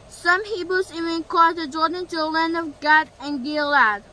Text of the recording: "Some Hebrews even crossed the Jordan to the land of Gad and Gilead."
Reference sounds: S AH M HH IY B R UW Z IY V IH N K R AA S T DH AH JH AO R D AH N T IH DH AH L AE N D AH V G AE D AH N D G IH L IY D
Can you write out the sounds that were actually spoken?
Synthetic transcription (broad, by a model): S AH M HH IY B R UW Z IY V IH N K AA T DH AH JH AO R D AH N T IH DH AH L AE N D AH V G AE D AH N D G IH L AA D